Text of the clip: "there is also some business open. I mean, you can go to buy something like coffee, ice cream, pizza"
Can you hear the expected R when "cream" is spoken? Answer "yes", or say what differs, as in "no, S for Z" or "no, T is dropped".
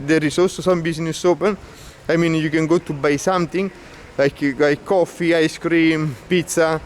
yes